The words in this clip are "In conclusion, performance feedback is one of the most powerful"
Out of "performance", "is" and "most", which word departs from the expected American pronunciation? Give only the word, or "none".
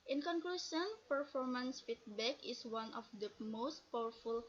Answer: is